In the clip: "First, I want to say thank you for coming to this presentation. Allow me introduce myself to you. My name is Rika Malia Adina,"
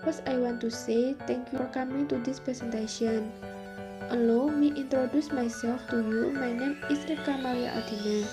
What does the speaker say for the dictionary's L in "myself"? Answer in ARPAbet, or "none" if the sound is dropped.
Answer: none